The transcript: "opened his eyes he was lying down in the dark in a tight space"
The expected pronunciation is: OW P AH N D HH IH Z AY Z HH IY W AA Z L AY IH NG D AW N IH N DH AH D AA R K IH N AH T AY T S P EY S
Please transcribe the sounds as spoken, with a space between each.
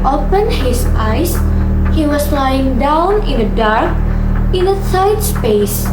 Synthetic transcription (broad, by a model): OW P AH N HH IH S AY S HH IY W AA S L AY IH NG D AW N IH N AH D AA R K IH N AH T AY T S P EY S